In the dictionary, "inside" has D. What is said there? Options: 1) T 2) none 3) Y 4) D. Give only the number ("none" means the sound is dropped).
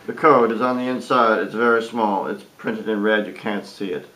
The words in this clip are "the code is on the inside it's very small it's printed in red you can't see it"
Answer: 4